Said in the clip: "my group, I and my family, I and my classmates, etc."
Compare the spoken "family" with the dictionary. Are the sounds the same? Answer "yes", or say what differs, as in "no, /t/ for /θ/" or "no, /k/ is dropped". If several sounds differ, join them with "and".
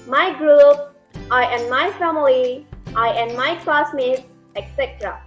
no, /l/ is dropped